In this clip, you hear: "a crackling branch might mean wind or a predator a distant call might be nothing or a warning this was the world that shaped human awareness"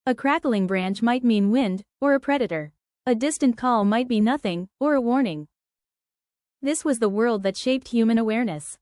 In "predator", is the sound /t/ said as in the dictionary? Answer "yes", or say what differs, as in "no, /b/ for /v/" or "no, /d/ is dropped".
yes